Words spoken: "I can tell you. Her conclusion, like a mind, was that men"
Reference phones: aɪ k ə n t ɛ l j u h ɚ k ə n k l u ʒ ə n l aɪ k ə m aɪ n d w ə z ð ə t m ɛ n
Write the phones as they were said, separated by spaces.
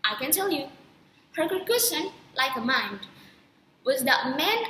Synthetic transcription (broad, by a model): aɪ k ə n t ɛ l j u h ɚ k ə k u ʃ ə n l aɪ k ə m aɪ n d w ə z ð ə t m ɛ n